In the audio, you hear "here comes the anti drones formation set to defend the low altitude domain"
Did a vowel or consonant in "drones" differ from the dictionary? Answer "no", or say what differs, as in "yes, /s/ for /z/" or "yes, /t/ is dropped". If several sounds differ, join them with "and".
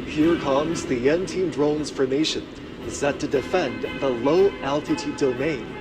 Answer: no